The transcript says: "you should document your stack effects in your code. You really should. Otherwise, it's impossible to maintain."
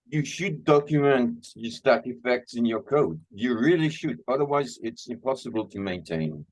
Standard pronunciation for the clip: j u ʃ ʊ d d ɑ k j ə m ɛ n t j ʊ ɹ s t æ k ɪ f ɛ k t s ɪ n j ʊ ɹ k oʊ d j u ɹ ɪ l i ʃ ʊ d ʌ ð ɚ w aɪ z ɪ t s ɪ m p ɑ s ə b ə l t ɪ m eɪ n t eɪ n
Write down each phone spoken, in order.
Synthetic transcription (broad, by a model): j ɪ ʃ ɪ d d ɑ k j ə m ɛ n t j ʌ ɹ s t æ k ɪ f ɛ k t s ɪ n j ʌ ɹ k oʊ d j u ɹ ɪ l i ʃ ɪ d ʌ ð ɚ w aɪ z ɪ t s ɪ m p ɑ s ə b ə l t ɪ m eɪ n t eɪ n